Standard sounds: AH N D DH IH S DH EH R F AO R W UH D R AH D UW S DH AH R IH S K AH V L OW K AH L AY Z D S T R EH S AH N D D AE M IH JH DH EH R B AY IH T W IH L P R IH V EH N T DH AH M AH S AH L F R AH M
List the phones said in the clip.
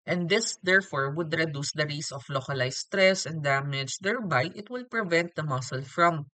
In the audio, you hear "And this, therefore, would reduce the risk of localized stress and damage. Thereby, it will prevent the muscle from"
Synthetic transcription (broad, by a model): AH N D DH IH S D EH R F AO R W UH D R AH D UW S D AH R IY S AH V L OW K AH L AY S T R EH S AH N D D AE M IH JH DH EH R B AY IH T W IH L P R IH V EH N T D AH M AH S AH L F R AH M